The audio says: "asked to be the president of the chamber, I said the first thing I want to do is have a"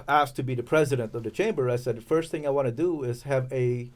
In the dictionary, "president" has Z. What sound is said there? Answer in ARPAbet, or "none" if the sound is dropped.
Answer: Z